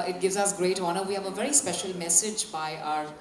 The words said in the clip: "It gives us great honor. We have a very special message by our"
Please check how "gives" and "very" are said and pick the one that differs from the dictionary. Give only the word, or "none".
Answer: none